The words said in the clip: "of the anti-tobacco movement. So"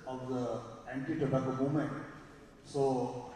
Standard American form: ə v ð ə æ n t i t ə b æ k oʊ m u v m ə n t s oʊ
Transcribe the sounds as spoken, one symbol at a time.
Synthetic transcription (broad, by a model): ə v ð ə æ n t i t ə b æ k oʊ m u m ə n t s oʊ